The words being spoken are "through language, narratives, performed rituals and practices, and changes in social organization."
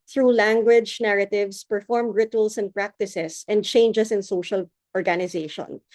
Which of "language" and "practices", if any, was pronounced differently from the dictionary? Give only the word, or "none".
practices